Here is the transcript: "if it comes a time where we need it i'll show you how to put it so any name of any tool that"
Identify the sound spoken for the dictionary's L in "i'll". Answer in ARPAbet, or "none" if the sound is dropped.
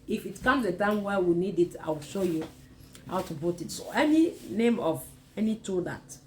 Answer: W